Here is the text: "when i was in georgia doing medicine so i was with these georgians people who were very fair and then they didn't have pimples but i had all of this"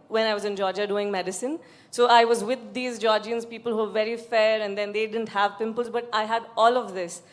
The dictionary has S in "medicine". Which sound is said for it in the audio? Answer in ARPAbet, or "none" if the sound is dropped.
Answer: S